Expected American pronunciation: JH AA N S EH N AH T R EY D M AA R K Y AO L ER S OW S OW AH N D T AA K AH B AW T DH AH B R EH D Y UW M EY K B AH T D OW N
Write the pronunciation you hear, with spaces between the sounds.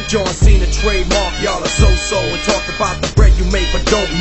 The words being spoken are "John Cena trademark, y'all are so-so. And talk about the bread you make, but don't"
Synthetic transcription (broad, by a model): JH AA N S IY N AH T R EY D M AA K Y AO L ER S OW S OW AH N T AA K AH B AW T DH AH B R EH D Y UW M EY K B AH T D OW